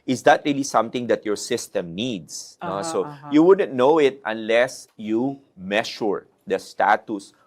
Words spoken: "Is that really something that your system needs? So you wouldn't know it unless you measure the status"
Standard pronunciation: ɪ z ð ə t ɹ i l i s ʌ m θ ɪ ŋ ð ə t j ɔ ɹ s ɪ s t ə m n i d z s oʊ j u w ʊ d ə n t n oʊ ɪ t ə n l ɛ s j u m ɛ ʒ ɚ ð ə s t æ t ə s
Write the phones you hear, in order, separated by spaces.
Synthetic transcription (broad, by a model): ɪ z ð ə t ɹ i l i s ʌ m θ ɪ ŋ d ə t j ɔ ɹ s ɪ s t ə m n i d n s oʊ j u w ʊ d ə n t n oʊ ɪ t ə n l ɛ s j u m ɛ ʃ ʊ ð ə s t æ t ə s